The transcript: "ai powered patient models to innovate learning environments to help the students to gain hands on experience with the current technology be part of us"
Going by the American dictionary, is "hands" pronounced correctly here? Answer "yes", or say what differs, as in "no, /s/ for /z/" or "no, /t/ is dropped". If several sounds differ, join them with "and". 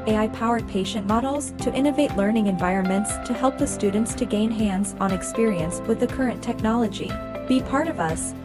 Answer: yes